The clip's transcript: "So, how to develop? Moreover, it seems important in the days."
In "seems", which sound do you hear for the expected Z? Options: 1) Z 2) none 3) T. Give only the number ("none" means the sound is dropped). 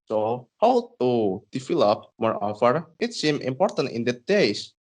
2